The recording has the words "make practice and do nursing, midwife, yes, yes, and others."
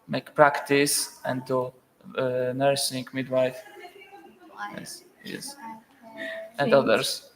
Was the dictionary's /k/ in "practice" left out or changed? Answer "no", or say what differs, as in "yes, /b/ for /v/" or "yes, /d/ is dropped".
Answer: no